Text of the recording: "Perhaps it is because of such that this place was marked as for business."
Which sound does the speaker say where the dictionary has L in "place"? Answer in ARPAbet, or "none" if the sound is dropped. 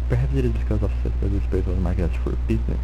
none